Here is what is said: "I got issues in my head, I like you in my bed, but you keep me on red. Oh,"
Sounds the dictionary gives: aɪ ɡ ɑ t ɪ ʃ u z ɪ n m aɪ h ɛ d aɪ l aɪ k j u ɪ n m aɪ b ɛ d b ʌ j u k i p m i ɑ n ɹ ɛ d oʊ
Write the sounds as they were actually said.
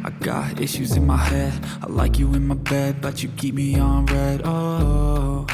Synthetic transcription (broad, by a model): aɪ ɡ ɑ t ɪ ʃ u z ɪ n m aɪ h ɛ d aɪ l aɪ k j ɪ ɪ n m aɪ b ɛ d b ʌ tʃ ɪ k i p m i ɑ n ɹ ɛ d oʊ